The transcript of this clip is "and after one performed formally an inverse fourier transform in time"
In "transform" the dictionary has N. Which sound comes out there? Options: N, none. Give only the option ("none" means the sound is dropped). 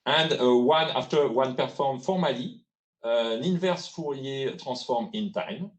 none